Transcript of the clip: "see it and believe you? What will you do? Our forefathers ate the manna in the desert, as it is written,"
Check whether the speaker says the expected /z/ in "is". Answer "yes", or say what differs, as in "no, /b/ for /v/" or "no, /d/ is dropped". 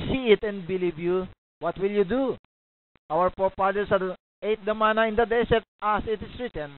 no, /s/ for /z/